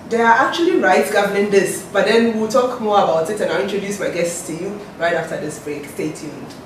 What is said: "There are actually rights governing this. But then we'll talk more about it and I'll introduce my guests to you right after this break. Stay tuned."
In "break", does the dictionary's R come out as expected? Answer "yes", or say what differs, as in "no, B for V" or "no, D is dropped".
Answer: yes